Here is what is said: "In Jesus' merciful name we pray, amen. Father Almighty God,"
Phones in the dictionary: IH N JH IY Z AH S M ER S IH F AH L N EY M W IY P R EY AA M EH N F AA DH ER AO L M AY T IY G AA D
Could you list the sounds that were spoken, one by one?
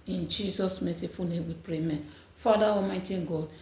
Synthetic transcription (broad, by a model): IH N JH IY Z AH S M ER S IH F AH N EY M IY P R EY M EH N F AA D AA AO M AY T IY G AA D